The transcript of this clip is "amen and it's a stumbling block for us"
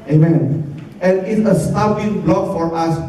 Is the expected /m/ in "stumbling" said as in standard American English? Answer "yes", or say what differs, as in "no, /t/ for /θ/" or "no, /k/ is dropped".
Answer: no, /m/ is dropped